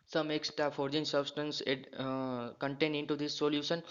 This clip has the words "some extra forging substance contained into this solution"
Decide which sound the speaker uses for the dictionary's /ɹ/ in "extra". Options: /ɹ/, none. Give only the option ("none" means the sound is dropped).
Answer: none